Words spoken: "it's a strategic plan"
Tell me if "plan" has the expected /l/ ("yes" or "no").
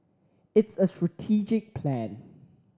yes